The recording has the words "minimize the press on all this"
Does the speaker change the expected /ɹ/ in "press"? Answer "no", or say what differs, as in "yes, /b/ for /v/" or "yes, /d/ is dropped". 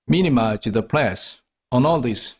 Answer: yes, /l/ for /ɹ/